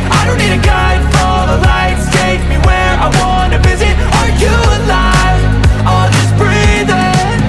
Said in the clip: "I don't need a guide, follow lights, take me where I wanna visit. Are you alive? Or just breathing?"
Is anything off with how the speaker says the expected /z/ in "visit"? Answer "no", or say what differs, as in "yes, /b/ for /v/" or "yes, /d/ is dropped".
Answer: no